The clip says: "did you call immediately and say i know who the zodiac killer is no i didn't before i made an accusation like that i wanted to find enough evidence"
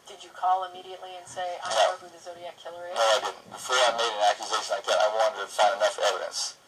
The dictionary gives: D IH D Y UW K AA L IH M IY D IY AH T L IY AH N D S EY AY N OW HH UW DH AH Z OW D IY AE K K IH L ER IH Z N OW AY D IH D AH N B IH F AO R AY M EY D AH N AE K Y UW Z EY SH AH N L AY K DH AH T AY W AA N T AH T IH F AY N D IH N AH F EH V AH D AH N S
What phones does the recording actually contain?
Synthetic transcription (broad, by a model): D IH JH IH K AA L IH M IY D IY AH T L IY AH N S EY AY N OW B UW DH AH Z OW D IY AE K K IH L ER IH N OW AY D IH D N B IH F AO R AY M EY D AH N AE K Y UW Z EY SH AH N AY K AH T AY W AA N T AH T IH F AY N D IH N AH F EH V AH D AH N S